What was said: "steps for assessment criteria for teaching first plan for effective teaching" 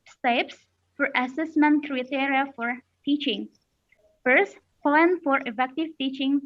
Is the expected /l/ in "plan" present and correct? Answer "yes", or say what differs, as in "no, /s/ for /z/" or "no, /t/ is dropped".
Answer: no, /l/ is dropped